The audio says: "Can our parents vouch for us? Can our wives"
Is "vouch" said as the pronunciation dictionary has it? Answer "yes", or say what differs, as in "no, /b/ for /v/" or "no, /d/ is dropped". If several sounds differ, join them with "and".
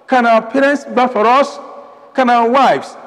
no, /b/ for /v/